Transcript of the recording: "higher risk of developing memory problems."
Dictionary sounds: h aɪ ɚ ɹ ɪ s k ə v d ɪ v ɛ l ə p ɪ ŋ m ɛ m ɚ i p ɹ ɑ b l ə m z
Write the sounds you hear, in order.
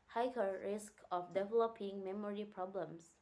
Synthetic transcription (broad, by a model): h aɪ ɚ ɹ ɪ s k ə f d ɪ v ɛ l ə p ɪ ŋ m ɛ m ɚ i p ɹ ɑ b l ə m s